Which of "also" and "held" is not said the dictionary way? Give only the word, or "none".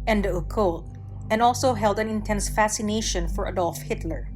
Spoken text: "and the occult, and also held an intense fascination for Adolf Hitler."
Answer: none